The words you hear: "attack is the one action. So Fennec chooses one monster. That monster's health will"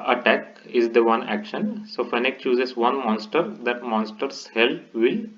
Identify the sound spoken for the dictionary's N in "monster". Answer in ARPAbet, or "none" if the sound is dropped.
N